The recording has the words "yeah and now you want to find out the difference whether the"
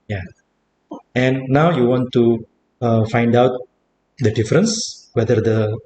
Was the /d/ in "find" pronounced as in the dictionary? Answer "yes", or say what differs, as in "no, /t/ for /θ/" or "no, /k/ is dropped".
yes